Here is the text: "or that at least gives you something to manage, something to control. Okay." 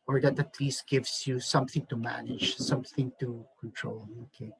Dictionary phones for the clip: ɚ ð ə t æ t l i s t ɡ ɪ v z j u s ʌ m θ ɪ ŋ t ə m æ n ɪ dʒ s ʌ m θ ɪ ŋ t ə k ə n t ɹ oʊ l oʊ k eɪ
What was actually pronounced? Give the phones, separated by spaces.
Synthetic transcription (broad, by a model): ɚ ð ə t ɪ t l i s ɡ ɪ v z j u s ʌ m θ ɪ ŋ t ə m æ n ɪ dʒ s ʌ m θ ɪ ŋ t ə k ə n t ɹ oʊ l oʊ k eɪ